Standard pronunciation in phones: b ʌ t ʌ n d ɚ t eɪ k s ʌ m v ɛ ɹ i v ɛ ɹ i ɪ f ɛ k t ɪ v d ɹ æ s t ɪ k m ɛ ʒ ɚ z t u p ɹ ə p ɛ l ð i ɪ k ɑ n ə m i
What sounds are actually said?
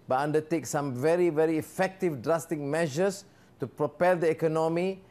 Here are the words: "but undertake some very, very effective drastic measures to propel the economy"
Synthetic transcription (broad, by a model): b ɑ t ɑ n d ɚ t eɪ k s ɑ m v ɛ ɹ i v ɛ ɹ i f ɛ k t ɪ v d ɹ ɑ s t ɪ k m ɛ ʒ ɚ s t u p ɹ ə p ɛ l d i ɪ k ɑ n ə m i